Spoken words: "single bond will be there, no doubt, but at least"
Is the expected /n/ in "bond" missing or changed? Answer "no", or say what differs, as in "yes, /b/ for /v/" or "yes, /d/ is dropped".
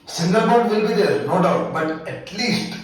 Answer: yes, /n/ is dropped